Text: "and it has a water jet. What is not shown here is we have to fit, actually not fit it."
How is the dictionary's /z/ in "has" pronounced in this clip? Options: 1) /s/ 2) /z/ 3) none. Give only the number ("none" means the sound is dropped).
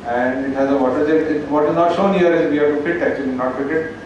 2